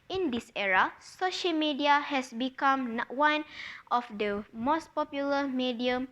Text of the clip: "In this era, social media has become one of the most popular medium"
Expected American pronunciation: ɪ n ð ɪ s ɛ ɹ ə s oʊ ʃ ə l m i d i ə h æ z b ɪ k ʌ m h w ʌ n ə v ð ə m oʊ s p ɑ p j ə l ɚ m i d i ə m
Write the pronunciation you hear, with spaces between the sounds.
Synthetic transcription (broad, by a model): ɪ n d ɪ s ɛ ɹ ə s oʊ ʃ ə l m i d i ə h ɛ s b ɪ k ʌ m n w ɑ n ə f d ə m oʊ s p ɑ p j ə l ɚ m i d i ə m